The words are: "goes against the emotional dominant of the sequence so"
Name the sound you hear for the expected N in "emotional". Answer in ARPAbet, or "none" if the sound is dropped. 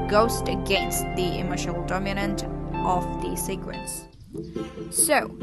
none